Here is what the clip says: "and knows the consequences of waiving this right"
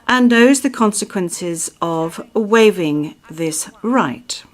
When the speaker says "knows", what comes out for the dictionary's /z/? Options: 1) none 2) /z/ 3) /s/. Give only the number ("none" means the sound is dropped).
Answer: 2